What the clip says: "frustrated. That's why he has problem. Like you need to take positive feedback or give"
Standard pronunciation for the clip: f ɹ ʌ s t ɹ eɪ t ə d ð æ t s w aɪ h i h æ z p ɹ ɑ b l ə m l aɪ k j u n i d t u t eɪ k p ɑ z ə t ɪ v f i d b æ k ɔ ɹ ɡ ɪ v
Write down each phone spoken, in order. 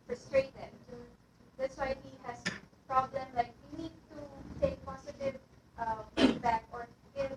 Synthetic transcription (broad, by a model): f ɹ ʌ s t ɹ eɪ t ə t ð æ t s w aɪ h i h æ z p ɹ ɑ b l ə m l aɪ k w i n i d t u t eɪ k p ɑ s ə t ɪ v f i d b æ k ɔ ɹ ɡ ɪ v